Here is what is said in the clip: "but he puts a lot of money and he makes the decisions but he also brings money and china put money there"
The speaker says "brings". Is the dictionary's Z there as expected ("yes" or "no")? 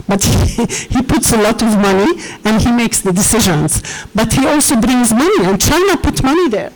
yes